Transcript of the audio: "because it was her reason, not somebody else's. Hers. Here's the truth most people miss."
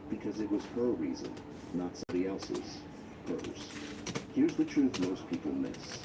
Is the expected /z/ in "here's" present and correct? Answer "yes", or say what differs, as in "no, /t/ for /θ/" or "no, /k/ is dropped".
yes